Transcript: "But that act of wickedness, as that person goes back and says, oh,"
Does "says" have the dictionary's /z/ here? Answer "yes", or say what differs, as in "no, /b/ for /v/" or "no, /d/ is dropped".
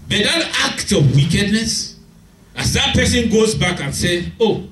no, /z/ is dropped